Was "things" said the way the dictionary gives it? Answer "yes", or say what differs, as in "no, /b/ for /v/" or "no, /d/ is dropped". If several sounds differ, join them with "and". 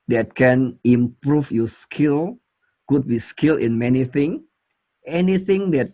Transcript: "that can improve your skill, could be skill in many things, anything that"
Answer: no, /z/ is dropped